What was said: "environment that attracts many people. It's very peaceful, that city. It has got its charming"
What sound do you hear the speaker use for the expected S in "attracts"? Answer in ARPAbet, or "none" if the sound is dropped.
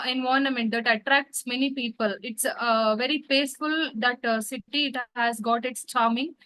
S